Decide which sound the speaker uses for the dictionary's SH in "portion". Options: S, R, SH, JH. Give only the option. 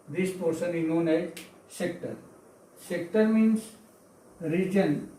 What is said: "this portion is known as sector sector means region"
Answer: S